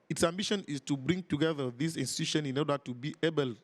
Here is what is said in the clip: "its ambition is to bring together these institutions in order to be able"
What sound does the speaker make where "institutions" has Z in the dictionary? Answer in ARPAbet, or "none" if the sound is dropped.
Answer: none